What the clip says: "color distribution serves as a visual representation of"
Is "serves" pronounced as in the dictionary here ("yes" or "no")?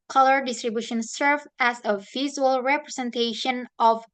no